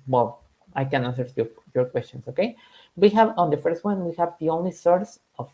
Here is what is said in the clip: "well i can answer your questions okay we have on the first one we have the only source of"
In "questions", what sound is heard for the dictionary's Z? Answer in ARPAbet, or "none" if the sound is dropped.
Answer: S